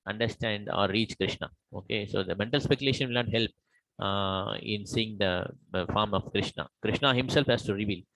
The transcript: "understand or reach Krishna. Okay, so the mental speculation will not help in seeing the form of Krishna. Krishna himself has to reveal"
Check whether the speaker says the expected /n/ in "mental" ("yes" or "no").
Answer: yes